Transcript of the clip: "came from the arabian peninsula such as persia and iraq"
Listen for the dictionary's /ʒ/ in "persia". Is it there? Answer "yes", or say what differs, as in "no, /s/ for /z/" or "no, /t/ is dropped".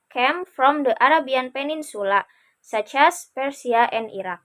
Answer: no, /s/ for /ʒ/